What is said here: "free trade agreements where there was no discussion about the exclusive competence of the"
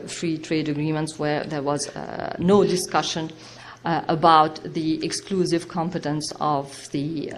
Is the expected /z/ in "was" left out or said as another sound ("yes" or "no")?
no